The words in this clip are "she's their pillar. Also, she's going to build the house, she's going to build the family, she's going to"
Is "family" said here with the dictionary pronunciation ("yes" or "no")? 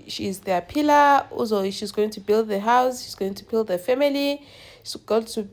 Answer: no